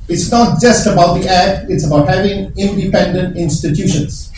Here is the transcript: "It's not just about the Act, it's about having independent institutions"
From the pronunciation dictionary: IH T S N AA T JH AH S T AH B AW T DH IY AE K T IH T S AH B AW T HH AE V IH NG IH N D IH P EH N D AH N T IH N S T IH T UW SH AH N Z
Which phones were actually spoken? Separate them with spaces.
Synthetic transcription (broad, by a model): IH T S N AA T JH AH S T AH B AW T DH IY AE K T IH T S AH B AW T HH AE V IH NG IH N D IH P EH N D AH N T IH N S T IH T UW SH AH N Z